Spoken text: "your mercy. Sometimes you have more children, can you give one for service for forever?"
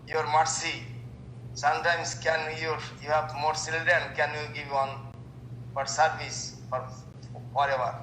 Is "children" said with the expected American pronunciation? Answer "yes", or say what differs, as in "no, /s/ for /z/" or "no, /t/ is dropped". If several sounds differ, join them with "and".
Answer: no, /s/ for /tʃ/ and /ɹ/ is dropped